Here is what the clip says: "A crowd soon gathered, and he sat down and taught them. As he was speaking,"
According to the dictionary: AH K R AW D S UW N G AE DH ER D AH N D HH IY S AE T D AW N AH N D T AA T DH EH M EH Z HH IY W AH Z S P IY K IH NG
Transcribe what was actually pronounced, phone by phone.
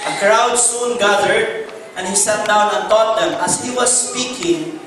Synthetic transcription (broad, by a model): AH K R AW D S UW N G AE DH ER D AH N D HH IY S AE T D AW N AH N T AA T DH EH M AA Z HH IY W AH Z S P IY K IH NG